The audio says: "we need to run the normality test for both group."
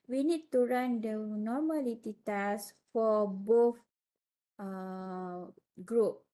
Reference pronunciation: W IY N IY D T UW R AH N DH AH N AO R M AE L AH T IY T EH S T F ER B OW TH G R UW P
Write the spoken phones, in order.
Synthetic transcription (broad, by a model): W IY N IY D T UW R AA N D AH N AO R M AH L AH T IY T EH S F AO B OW F G R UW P